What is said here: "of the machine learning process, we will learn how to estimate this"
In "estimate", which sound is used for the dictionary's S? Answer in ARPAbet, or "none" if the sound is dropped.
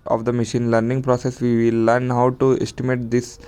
S